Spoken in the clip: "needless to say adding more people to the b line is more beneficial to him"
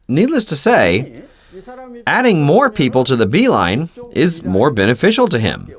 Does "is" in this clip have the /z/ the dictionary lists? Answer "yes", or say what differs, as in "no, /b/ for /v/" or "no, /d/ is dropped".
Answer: yes